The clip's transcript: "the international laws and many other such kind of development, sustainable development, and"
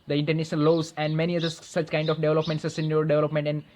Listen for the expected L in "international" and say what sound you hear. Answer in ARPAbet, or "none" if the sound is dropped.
N